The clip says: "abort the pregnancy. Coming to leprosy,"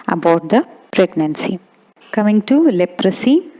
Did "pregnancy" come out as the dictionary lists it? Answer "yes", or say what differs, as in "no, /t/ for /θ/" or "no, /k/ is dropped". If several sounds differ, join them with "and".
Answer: yes